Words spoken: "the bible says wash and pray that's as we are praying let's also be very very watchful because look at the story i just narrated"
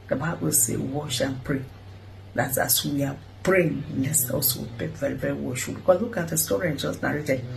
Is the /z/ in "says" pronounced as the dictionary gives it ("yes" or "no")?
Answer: no